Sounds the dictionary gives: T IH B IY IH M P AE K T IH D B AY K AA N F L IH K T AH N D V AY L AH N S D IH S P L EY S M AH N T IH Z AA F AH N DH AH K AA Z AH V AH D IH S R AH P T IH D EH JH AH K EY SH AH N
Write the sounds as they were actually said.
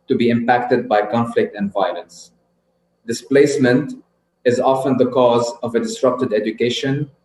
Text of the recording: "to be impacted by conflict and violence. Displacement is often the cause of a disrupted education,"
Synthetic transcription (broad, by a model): T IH B IY IH M P AE K T IH D B AY K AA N F L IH K T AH N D V AY L AH N S D IH S P L EY S M AH N T IH Z AA F AH N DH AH K AA Z AH V AH D IH S R AH P T IH D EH JH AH K EY SH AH N